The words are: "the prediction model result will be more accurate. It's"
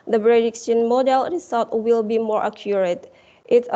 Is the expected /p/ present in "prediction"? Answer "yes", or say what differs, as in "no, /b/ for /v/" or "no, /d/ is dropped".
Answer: no, /b/ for /p/